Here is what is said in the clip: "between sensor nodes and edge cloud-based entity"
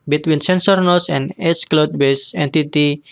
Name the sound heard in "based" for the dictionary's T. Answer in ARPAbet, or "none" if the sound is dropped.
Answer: none